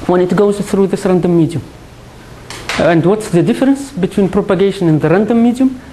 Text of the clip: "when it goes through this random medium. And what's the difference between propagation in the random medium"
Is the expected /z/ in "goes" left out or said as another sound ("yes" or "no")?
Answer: no